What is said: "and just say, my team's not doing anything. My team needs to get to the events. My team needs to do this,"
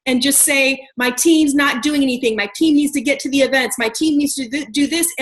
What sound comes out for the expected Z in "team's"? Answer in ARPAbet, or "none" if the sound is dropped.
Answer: Z